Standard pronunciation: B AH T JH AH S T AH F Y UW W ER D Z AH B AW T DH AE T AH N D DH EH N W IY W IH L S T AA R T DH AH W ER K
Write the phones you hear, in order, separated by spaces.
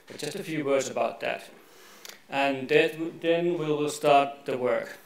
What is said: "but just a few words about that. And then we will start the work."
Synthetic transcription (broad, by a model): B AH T JH AH S T AH F Y UW W ER D Z AH B AW T DH AE T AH N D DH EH N W IY W IH L S T AA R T DH AH W ER K